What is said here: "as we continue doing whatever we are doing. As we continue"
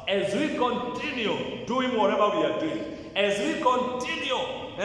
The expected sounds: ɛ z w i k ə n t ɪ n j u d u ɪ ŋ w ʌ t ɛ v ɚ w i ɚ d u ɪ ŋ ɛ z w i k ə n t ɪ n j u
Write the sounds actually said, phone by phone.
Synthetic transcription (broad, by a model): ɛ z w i k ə n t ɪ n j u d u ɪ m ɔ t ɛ b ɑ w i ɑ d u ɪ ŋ ɛ z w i k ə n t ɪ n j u